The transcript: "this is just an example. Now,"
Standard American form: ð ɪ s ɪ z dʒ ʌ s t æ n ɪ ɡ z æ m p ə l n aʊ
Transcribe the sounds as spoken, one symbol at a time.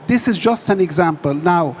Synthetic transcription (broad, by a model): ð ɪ s ɪ z dʒ ʌ s t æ n ɪ ɡ z æ m p ə l n aʊ